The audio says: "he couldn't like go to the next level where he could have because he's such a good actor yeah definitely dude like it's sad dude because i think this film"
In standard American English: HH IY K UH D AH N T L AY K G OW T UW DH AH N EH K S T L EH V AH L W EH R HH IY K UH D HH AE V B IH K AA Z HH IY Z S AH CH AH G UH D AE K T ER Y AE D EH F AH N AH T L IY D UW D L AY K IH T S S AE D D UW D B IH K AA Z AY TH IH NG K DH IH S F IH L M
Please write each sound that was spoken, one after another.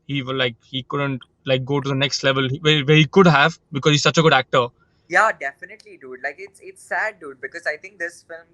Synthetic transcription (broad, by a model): HH IY K UH D AH N T L AY K G OW T UW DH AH N EH K S T L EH V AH L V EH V HH IY K UH D HH AE V B IH K AA Z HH IY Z S AH CH AH G UH D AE K T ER Y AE D EH F AH N AH T L IY D UW D L AY K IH T S S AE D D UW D B IH K AA Z AY T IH NG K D IH S F IH L M